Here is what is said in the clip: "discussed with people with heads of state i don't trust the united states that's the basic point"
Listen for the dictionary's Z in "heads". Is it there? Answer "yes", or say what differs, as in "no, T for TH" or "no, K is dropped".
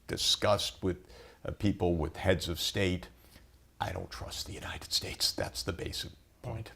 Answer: yes